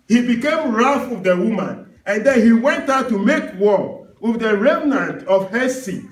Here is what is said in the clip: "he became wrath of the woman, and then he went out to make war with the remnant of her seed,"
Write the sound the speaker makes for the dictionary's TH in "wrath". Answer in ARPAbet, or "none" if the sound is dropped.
F